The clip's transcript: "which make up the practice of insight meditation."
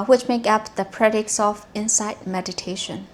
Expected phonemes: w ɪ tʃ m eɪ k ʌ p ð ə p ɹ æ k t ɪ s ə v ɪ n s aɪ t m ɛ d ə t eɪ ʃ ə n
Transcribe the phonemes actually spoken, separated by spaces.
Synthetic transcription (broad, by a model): w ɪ tʃ m eɪ k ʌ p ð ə p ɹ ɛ t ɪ s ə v ɪ n s aɪ t m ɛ d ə t eɪ ʃ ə n